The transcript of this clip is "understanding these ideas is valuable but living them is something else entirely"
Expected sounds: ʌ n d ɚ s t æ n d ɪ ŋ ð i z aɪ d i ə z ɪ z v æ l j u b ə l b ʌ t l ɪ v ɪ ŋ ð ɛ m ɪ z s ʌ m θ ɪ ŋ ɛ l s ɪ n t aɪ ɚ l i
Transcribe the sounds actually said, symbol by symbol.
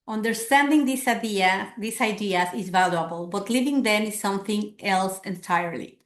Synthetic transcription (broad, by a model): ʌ n d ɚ s t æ n d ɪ ŋ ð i s aɪ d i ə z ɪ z v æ l j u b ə l b ʌ t l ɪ v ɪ ŋ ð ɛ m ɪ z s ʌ m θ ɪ ŋ ɛ l s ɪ n t aɪ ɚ l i